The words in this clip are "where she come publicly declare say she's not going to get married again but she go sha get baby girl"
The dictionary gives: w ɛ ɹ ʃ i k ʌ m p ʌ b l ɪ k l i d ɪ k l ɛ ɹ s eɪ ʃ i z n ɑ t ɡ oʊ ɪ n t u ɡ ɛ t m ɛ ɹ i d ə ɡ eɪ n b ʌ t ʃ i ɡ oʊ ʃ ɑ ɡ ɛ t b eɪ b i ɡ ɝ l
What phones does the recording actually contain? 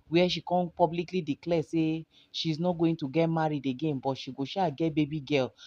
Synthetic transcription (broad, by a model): w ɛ ʃ i k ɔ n p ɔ b l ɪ k l i d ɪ k l ɛ s eɪ ʃ i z n ɑ t ɡ oʊ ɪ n t u ɡ ɛ t m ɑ ɹ i d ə ɡ eɪ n b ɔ t ʃ i ɡ oʊ ʃ ɑ ɡ ɛ t b eɪ b i ɡ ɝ l